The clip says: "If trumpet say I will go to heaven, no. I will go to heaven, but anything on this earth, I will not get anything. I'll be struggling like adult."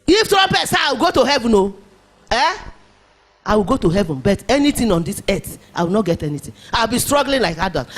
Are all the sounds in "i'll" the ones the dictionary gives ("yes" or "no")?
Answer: no